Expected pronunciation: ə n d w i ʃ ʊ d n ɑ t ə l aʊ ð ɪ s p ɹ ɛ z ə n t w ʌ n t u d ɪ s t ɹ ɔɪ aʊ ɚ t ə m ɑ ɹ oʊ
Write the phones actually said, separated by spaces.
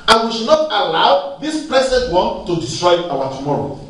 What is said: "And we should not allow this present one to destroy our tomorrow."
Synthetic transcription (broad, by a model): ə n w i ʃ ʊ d n ɑ t ə l aʊ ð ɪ s p l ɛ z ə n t w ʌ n t u d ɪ s t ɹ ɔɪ aʊ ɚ t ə m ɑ ɹ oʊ